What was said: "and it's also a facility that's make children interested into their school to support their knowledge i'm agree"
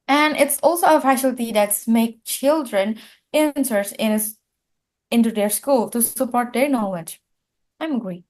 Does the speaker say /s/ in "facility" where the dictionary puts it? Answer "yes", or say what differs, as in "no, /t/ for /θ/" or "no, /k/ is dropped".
no, /ʃ/ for /s/